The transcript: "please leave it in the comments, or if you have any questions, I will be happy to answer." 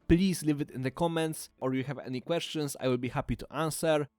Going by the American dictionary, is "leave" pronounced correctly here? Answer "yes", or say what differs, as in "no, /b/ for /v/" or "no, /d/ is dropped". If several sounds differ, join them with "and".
yes